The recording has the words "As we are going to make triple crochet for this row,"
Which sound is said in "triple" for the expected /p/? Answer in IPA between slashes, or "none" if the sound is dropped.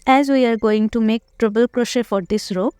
/b/